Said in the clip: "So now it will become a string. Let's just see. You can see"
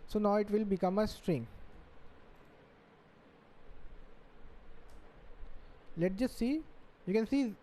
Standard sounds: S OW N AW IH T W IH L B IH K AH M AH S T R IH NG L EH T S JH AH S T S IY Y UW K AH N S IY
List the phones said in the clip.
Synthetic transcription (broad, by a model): S OW N AW IH T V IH L B IH K AH M AH S T R IH NG L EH T JH AH S T S IY Y UW K AH N S IY